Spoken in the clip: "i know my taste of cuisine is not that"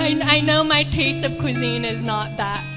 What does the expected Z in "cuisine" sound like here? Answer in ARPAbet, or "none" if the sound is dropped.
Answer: Z